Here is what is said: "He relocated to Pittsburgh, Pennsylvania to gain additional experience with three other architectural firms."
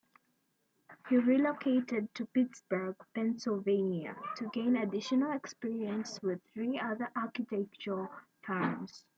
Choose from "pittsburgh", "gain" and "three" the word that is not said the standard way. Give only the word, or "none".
none